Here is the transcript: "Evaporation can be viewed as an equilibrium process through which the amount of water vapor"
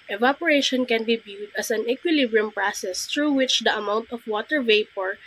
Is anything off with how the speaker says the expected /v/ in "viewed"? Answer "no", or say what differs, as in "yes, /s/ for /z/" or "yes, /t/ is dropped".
yes, /b/ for /v/